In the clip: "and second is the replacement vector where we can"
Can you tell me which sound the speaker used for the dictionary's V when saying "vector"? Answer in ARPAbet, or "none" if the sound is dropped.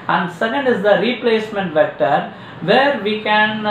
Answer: V